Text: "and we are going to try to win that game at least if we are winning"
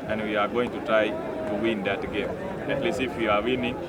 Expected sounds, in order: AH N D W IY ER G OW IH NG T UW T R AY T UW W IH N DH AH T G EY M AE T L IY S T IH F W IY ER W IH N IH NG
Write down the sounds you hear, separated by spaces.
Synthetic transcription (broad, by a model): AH N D W IY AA G OW IH NG T UW T R AY T UW W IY N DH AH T G EY M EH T L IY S IH F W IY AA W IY N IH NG